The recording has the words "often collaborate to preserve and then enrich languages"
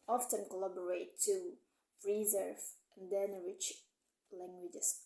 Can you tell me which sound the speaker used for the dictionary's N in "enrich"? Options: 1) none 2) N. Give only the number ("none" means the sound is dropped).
1